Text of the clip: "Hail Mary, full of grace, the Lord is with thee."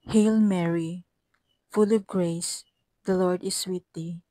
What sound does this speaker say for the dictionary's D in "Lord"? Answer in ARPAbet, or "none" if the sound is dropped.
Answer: D